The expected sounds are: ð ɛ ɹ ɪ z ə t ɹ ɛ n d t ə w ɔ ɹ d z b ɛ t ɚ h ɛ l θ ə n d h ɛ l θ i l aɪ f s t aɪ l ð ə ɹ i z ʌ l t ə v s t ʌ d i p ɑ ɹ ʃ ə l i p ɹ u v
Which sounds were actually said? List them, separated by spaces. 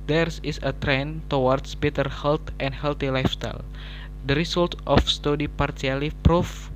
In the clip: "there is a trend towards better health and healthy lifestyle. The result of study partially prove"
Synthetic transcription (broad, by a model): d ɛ ɹ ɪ s ə t ɹ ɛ n t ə w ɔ ɹ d s b ɛ t ɚ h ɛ l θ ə n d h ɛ l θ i l aɪ f s t aɪ l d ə ɹ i s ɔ l t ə f s t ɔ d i p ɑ ɹ s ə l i p ɹ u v